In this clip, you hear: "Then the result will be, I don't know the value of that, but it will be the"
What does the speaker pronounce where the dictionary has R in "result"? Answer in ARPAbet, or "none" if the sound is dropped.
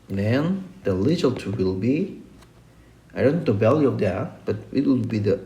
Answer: L